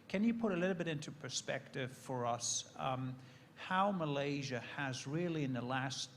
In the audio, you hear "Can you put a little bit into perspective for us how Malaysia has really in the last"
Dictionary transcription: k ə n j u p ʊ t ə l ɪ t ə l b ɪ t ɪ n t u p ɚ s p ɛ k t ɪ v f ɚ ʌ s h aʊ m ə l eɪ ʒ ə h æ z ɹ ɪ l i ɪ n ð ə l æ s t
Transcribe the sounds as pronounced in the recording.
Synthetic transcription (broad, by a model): k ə n j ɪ p ʊ t ə l ɪ t l b ɪ t ɪ n t u p ɚ s p ɛ k t ɪ v f ɚ ʌ s h aʊ m ə l eɪ ʒ ə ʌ z ɹ ɪ l i ɪ n ð ə l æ s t